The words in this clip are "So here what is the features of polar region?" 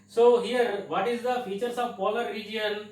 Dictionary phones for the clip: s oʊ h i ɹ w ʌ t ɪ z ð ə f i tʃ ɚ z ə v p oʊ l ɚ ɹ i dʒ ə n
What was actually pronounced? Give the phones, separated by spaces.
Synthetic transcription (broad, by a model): s oʊ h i ɹ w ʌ t ɪ z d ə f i tʃ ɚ s ə v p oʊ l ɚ ɹ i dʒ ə n